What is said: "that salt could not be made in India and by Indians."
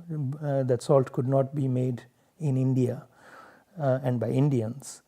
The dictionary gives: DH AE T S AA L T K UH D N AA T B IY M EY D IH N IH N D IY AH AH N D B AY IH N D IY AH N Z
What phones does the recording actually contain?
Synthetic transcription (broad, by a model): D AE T S AA L T K UH D N AA T B IY M EY D IH N IH N D IY AH AH N D B AY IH N D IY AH N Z